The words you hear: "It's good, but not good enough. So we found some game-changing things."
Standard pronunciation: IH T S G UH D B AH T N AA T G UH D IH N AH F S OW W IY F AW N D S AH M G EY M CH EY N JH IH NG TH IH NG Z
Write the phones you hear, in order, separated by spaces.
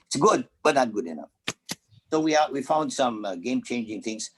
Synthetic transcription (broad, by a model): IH T S G UH D B AH T N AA T G UH D IH N AH F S OW W IY F AW N D S AH M G EY M CH EY N JH IH NG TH IH NG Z